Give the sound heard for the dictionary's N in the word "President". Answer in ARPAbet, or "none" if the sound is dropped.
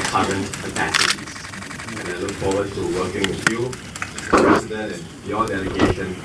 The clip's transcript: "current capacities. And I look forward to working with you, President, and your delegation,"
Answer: none